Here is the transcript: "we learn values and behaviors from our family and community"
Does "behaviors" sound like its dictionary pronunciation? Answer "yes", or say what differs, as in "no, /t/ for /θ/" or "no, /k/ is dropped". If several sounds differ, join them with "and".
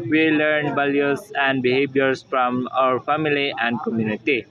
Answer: no, /s/ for /z/